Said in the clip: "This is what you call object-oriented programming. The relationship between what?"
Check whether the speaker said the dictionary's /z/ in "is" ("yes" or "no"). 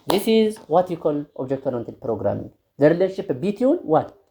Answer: yes